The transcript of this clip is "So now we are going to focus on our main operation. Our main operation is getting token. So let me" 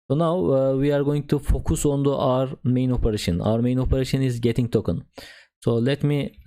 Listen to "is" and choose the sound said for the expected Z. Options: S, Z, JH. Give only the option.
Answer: Z